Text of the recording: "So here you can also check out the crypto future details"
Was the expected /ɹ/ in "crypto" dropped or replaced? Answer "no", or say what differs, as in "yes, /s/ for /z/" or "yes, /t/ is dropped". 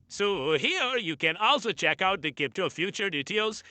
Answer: yes, /ɹ/ is dropped